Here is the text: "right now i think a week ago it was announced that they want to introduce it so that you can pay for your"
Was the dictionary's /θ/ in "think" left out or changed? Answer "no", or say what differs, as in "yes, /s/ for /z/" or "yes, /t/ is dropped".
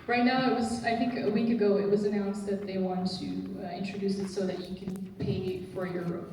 no